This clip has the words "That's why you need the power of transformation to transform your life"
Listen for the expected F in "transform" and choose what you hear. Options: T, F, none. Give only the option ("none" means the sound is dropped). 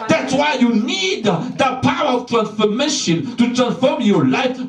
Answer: F